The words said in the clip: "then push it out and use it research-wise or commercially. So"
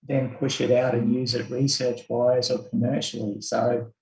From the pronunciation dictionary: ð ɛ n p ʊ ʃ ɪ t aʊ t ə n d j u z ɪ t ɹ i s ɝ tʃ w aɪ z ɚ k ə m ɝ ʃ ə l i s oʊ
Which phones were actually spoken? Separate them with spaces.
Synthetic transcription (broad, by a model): ð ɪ n p ʊ ʃ ɪ t aʊ t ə n j u z ɪ t ɹ i s ɝ tʃ w aɪ z ɚ k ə m ɝ ʃ l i s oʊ